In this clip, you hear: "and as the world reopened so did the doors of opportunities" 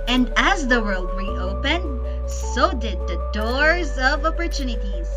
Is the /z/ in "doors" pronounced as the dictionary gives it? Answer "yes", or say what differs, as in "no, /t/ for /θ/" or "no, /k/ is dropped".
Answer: yes